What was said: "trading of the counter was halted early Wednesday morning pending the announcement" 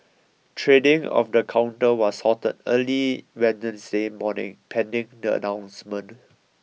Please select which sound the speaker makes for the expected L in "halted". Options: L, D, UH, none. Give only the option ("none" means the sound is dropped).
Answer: none